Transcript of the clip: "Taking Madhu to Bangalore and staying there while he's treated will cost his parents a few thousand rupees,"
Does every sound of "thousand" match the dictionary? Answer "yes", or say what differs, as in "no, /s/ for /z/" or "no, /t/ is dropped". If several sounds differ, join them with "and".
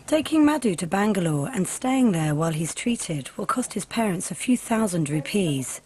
yes